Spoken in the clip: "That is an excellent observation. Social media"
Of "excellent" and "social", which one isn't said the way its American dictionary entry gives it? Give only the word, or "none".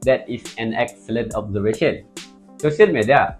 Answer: social